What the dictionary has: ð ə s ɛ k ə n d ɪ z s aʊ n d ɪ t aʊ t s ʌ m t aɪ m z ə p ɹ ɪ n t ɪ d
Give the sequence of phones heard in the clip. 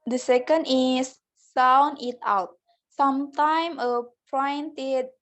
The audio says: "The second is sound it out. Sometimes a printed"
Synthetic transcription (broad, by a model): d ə s ɛ k ə n d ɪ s s aʊ n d ɪ t aʊ t s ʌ m t aɪ m ə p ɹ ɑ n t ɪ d